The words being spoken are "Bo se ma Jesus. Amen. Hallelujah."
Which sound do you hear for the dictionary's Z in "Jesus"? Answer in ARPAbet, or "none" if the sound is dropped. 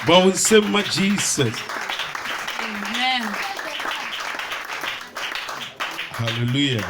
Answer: S